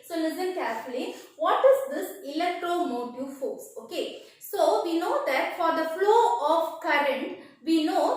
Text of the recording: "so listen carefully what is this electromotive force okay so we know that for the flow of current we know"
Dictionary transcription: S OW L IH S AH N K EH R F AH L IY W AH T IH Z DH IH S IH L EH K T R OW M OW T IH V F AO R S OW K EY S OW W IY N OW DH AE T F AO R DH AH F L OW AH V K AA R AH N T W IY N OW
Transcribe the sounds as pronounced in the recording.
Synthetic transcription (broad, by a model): S OW L IH S AH N K EH R F AH L IY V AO T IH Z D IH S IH L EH K T R OW M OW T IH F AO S OW K EY S OW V IY N OW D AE T F AO R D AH F L OW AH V K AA R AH N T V IY N OW